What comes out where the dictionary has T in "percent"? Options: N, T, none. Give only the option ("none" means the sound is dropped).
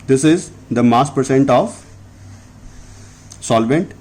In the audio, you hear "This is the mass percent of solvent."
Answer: T